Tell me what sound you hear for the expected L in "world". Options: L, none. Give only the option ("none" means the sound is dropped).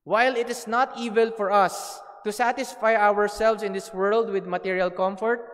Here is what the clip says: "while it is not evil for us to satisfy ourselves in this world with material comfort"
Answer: L